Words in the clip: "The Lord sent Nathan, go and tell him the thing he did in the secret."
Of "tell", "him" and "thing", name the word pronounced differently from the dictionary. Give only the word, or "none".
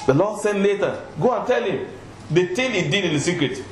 thing